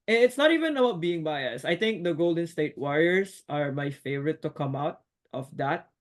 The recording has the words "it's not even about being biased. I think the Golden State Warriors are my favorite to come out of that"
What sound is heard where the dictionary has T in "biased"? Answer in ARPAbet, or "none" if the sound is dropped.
none